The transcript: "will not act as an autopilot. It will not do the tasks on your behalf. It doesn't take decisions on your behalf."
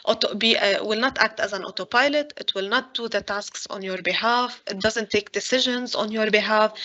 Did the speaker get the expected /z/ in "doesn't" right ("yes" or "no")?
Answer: yes